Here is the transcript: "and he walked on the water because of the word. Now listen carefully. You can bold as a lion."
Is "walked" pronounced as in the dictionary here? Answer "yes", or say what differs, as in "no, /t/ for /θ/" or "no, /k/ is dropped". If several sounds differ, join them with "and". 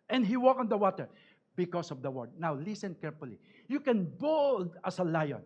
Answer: no, /t/ is dropped